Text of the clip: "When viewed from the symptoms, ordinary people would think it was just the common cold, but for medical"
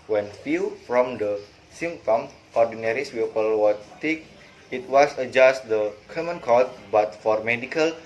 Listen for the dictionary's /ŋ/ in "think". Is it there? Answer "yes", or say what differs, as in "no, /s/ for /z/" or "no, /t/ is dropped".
no, /ŋ/ is dropped